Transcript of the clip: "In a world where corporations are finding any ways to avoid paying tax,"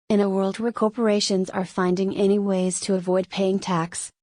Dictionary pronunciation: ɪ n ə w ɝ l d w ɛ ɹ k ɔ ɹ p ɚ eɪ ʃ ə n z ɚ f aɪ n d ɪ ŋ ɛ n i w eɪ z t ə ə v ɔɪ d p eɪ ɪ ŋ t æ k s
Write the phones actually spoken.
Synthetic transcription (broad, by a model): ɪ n ə w ɝ l d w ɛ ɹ k ɔ ɹ p ɚ eɪ ʃ ə n z ɚ f aɪ n d ɪ ŋ ɛ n i w eɪ z t ə ə v ɔɪ d p eɪ ɪ ŋ t æ k s